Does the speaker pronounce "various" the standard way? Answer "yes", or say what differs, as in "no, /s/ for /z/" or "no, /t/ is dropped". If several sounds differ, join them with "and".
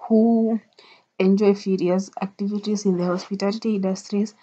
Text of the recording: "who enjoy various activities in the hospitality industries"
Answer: no, /f/ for /v/